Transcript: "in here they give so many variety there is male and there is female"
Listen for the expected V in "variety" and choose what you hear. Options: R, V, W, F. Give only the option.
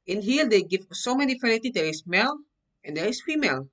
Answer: F